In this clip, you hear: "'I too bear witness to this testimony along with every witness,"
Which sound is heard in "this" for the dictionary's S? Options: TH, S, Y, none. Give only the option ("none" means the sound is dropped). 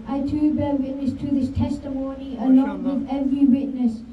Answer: S